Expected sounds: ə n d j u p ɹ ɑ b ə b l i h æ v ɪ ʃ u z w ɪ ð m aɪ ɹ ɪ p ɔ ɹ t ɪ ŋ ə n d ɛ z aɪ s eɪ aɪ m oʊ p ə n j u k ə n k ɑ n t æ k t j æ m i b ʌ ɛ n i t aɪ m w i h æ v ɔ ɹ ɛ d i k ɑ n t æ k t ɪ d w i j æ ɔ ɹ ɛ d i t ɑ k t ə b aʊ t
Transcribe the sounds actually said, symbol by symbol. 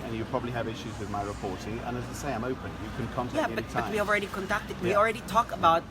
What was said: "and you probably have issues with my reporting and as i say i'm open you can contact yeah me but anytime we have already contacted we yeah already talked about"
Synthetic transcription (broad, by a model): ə n j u p ɹ ɑ b ə b l i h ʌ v ɪ ʃ u z w ɪ ð m aɪ ɹ ɪ p ɔ ɹ t ɪ ŋ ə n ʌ z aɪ s eɪ aɪ m oʊ p ə n j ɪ k ə n k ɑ n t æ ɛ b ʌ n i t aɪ w i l ɹ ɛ d i k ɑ n t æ k t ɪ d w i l ɹ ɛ d i t ɑ k ə b aʊ t